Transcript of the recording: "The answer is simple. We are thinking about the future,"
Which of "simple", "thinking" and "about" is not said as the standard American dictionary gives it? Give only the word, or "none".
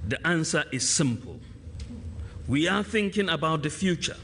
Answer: none